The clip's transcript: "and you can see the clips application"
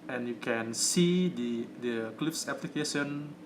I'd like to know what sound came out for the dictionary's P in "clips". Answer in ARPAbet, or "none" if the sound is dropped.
F